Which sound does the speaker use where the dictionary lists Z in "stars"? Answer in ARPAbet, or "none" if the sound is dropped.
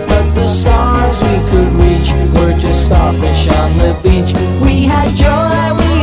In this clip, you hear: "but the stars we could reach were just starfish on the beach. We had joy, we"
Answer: Z